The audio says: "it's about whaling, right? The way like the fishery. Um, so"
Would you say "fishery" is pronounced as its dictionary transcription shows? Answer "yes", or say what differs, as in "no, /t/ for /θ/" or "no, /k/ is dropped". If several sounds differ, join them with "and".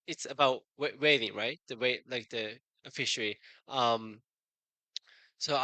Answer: yes